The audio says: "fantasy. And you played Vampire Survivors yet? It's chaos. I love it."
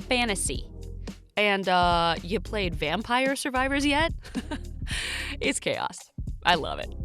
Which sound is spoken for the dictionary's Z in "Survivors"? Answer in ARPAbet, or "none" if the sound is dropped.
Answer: Z